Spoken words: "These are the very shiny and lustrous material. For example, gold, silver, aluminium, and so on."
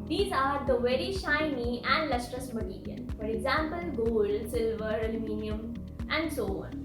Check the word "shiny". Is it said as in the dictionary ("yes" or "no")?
yes